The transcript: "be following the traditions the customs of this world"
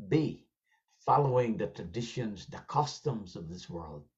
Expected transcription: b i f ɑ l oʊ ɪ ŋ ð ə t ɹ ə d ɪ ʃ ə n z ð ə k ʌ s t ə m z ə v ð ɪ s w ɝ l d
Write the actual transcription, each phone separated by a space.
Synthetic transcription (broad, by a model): b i f ɑ l oʊ ɪ ŋ ð ə t ɹ ə d ɪ ʃ ə n z ð ə k ʌ s t ə m z ə v ð ɪ s w ɝ l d